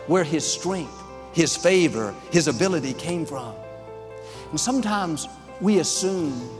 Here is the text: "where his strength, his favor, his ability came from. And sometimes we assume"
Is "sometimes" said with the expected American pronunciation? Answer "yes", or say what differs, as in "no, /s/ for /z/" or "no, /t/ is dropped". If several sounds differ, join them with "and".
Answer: yes